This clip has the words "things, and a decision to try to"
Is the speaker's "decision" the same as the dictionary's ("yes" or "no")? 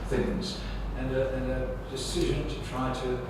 yes